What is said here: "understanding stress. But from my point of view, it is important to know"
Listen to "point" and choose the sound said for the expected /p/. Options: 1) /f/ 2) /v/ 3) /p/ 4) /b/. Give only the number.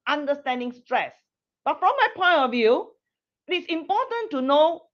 3